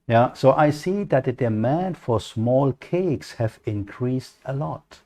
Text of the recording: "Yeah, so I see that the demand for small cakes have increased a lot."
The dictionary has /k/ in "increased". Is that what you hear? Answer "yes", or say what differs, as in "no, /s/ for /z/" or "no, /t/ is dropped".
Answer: yes